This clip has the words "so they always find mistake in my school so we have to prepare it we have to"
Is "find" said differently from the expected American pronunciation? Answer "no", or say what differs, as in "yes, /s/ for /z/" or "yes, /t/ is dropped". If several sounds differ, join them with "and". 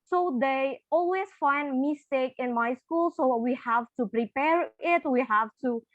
no